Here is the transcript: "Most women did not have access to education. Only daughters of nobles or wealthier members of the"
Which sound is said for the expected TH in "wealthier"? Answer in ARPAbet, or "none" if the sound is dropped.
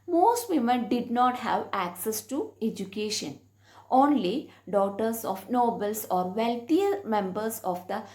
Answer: T